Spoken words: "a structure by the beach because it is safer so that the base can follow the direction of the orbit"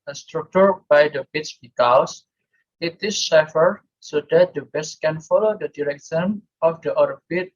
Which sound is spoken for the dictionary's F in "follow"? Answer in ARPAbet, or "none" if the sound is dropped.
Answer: F